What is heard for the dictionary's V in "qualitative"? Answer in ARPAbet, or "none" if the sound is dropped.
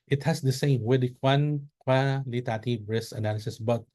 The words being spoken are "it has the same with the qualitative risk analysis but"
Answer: B